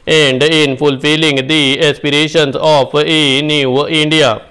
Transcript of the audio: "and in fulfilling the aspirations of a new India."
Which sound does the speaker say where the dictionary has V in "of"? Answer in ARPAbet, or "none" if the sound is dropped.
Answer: P